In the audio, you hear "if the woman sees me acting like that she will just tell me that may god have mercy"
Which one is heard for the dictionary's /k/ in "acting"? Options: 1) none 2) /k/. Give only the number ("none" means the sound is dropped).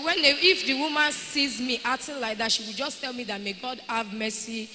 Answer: 1